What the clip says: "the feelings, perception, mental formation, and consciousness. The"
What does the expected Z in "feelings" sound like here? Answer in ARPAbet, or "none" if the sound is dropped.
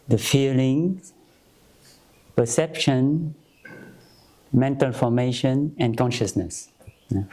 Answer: none